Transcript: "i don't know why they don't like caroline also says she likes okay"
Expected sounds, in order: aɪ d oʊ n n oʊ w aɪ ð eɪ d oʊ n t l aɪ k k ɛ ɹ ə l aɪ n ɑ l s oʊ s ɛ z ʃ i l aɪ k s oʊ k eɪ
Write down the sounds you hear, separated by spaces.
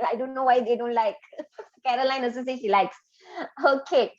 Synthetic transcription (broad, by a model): aɪ d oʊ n n oʊ w aɪ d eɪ d oʊ n t l aɪ k k ɛ ɹ ə l aɪ n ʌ s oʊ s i ʃ i l aɪ k s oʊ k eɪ